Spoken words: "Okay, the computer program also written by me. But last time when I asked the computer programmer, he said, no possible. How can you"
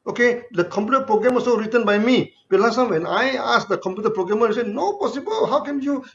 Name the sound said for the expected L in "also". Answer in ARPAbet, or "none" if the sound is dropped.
none